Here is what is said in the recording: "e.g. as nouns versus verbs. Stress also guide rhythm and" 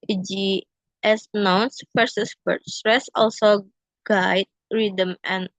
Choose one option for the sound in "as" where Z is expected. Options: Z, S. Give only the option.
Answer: S